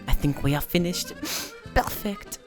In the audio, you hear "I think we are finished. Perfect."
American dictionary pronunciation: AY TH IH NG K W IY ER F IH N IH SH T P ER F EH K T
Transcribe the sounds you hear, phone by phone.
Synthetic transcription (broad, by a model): AY TH IH NG K W IY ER F IH N IH SH T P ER F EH K T